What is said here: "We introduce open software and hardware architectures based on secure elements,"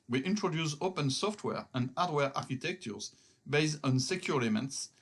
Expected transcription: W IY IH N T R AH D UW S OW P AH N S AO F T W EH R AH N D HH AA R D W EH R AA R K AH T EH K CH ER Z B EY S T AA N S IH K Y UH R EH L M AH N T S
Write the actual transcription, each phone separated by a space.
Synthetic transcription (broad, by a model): W IY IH N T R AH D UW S OW P AH N S AO F T W EH R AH N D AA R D W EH R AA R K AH T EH K CH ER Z B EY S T AA N S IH K Y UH L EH M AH N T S